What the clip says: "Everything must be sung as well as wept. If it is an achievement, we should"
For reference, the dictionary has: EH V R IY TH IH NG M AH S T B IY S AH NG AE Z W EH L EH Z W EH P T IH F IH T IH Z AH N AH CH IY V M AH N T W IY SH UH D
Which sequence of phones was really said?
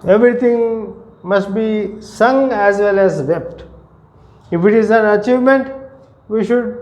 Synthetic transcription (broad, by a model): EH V R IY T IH NG M AH S T B IY S AH NG AE Z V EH L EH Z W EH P T IH F IH T IH Z AH N AH CH IY V M AH N T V IY SH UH D